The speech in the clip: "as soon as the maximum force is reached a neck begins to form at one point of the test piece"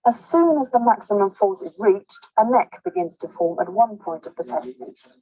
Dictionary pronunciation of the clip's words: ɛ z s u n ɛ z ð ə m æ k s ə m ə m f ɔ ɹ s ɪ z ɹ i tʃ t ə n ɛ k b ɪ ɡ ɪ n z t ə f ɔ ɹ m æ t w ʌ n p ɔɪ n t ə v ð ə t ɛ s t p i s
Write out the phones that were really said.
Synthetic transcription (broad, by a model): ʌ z s u n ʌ z ð ə m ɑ k s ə m ə m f ɔ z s ɪ z ɹ i tʃ t ə n ɛ k b ɪ ɡ ɪ n z t ə f ɔ m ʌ t w ʌ n p ɔɪ n t ə v ð ə t ɛ s t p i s